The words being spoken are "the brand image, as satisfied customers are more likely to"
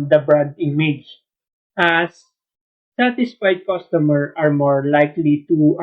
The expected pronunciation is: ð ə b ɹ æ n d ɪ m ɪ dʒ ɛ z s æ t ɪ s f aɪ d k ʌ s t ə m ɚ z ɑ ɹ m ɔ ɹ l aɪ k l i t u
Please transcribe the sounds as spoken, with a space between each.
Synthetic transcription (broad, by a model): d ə b ɹ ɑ d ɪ m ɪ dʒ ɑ s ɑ t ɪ s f aɪ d k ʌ s t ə m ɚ ɑ ɹ m ɔ ɹ l aɪ k l i t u